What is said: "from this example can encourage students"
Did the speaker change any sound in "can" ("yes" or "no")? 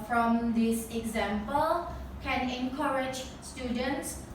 no